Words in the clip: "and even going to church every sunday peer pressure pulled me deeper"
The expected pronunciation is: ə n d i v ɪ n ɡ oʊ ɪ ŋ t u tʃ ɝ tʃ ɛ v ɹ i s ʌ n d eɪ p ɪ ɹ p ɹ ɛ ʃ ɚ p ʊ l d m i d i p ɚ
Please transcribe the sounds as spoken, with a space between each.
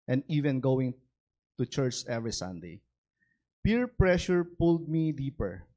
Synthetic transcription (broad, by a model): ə n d i v ɪ n ɡ oʊ ɪ ŋ t u tʃ ɝ tʃ ɛ v ɹ i s ʌ n d eɪ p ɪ ɹ p ɹ ɛ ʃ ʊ p ʊ l d m i d i p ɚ